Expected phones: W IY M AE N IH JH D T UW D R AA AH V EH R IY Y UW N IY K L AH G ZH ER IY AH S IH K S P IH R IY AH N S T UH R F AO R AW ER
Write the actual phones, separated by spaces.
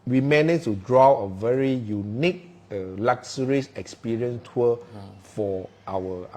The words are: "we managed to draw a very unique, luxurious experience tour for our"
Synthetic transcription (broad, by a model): W IY M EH N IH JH T UW D R AA AH V EH R IY Y UW N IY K L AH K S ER IY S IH K S P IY R IY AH N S T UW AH F AO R AW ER